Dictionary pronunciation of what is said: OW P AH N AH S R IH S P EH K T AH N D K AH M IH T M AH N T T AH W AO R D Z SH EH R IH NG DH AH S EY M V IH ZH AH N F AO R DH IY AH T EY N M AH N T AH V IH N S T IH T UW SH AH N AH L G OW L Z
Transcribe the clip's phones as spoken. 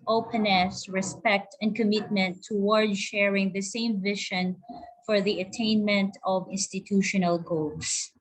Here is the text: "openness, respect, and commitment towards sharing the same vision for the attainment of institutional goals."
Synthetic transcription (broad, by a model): OW P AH N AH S R IH S P EH K T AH N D K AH M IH T M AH N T T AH W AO R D SH EH R IH NG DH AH S EY M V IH SH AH N F AO R DH IY AH T EY N M AH N T AH V IH N S T IH T UW SH AH N AH L G OW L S